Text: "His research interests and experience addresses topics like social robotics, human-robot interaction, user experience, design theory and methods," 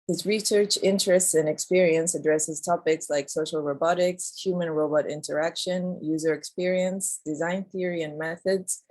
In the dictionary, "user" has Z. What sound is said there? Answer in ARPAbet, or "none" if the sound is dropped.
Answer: Z